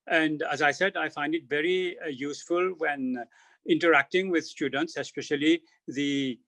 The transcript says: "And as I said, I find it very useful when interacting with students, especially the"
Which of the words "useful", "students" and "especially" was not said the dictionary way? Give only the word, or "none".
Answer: none